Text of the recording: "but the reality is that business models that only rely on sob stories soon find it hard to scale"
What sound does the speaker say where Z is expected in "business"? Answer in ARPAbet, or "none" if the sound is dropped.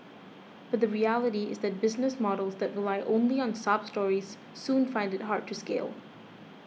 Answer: Z